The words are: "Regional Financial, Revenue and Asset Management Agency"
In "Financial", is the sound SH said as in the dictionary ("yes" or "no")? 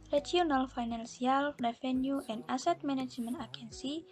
no